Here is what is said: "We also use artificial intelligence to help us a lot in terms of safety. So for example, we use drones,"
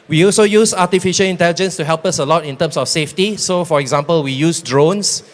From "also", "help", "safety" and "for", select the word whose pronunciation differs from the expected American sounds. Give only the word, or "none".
none